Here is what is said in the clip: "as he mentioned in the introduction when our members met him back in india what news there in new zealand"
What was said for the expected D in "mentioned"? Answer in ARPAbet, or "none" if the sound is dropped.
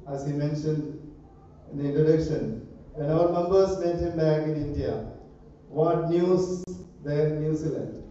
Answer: D